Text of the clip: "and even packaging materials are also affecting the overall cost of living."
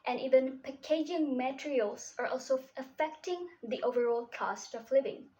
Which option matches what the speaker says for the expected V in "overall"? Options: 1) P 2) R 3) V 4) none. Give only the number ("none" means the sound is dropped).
3